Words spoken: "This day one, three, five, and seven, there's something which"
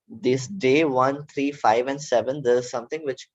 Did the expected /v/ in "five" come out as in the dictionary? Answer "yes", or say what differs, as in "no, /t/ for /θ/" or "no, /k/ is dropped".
yes